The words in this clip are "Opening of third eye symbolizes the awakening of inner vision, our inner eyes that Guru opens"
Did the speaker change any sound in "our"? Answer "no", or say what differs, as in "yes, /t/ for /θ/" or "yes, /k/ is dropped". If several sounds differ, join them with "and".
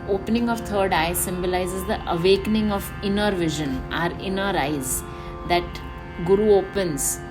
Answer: no